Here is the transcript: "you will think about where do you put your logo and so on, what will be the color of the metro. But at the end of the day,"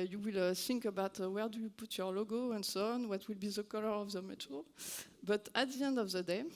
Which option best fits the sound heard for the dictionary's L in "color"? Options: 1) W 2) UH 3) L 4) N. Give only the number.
3